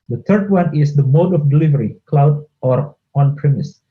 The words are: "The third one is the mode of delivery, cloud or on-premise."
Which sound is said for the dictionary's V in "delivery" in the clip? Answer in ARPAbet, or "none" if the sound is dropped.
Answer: V